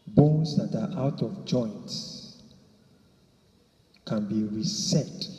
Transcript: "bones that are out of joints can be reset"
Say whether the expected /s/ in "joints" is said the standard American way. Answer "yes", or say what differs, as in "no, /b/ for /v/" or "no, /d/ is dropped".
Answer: yes